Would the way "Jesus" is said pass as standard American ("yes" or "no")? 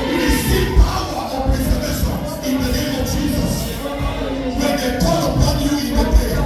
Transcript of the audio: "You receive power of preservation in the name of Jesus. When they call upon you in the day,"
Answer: yes